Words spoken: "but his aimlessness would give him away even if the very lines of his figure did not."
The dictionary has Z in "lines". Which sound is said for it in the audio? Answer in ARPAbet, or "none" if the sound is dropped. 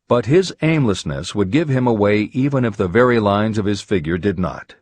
Z